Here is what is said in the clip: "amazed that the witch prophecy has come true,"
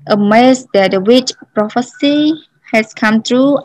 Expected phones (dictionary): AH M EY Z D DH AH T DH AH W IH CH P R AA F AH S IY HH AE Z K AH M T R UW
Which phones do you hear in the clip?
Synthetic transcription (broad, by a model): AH M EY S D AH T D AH W IH CH P R AA F AH S IY HH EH S K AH M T R UW